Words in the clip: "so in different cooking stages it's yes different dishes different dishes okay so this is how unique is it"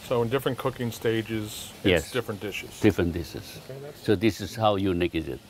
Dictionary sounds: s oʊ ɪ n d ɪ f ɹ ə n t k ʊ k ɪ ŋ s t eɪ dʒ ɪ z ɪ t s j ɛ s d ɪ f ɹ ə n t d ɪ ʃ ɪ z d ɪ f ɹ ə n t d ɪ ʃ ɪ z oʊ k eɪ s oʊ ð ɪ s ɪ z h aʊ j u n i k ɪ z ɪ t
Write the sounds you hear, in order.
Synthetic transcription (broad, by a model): s oʊ ɪ n d ɪ f ɹ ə n k ʊ k ɪ ŋ s t eɪ dʒ ɪ z j ɛ s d ɪ f ɹ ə n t d ɪ ʃ ɪ z d ɪ f ɹ ə n t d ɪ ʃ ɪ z oʊ ʊ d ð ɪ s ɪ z h aʊ j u n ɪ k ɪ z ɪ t